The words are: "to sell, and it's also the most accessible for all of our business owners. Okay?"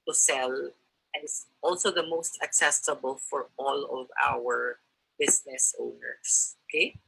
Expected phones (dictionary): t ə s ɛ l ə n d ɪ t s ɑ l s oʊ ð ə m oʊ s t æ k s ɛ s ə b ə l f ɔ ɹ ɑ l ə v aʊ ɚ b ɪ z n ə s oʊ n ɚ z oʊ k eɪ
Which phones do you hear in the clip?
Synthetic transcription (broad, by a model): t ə s ɛ l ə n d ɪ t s ɑ l s oʊ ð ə m oʊ s t æ k s ɛ s ə b ə l f ɔ ɹ ɑ l ə v aʊ ɚ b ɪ s n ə s oʊ n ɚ s oʊ k eɪ